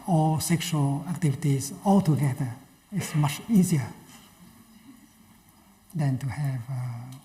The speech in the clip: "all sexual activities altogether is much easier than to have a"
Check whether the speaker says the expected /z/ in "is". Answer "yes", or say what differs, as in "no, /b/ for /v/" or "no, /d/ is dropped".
no, /s/ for /z/